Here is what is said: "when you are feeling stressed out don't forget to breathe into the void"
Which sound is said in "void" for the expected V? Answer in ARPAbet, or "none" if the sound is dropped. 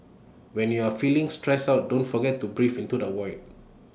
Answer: W